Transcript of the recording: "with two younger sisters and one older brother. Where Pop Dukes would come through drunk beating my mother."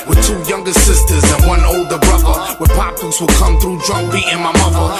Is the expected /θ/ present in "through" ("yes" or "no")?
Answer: yes